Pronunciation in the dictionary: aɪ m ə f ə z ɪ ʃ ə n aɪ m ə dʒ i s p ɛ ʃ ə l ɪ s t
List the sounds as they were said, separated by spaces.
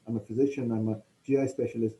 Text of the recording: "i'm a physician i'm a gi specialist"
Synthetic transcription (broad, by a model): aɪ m ə f ə z ɪ ʃ ə n aɪ m ə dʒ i s p ɛ ʃ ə l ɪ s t